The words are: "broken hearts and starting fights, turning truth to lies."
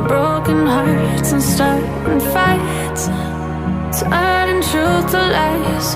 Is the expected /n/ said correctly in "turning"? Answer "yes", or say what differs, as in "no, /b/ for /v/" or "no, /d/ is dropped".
no, /n/ is dropped